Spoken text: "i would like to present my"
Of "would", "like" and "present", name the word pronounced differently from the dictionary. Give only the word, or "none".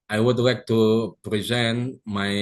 none